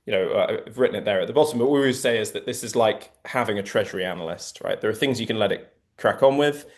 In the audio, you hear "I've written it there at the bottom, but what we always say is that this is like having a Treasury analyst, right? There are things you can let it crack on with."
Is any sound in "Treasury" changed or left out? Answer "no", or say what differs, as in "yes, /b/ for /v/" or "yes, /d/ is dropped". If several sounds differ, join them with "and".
no